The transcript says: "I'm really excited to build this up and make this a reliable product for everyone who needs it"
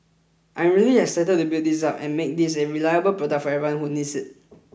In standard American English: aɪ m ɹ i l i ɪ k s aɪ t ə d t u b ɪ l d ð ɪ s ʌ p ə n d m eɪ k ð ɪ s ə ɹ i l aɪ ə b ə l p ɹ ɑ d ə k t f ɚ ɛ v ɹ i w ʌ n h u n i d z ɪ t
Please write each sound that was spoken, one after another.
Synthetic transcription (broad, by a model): aɪ m ɹ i l i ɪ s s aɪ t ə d t u b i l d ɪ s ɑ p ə n m eɪ k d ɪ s ə ɹ i l aɪ ə b ə l p ɹ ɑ d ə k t f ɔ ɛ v i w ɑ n h u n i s ɪ t